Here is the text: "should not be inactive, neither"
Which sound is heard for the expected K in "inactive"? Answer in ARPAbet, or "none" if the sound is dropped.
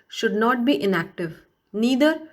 K